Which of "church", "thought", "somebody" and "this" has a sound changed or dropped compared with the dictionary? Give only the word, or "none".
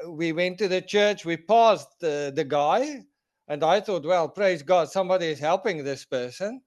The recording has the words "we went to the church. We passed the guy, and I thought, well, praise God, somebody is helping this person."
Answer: none